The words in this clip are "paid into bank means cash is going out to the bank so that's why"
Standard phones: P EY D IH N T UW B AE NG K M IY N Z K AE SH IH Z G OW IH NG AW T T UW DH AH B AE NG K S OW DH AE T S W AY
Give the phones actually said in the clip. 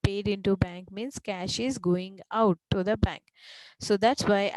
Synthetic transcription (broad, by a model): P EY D IH N T UW B AE NG K M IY N S K AE SH IH Z G OW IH NG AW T T UW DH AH B AE NG K S OW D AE T S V AY